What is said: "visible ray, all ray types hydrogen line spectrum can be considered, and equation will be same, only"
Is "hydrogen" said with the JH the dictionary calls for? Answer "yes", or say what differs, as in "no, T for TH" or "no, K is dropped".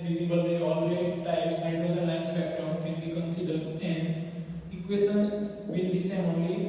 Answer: no, Z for JH